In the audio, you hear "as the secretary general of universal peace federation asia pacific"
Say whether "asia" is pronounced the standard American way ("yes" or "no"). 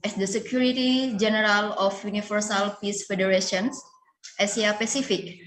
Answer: no